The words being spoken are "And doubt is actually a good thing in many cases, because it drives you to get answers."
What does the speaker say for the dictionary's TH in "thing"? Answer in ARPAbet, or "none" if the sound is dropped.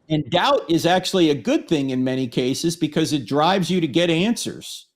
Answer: TH